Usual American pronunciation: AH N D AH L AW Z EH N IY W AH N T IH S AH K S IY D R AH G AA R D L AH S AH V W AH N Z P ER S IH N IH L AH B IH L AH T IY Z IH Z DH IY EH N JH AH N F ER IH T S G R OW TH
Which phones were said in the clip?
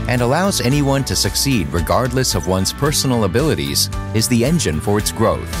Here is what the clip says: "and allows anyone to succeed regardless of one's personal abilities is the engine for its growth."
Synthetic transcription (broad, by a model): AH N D AH L AW Z EH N IY W AH N T IH S AH K S IY D R AH G AA R D L AH S AH V W AH N Z P ER S N L AH B IH L AH T IY Z IH Z DH IY EH N JH AH N F ER IH T S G R OW TH